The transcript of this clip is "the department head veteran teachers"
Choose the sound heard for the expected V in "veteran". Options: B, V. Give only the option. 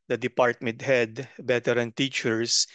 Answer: B